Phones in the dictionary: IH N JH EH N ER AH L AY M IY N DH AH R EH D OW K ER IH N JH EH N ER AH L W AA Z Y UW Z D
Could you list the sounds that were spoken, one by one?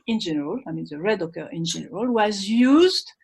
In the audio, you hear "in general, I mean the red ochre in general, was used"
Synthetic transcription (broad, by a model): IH N JH EH N ER AH L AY M IY N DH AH R EH D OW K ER IH N JH EH N ER AH L W AA Z Y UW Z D